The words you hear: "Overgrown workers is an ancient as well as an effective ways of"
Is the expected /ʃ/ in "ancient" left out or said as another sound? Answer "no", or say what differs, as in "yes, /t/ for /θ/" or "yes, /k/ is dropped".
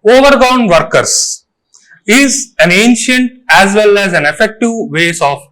no